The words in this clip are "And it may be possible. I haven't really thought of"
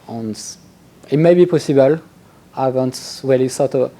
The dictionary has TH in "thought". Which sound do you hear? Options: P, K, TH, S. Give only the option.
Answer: S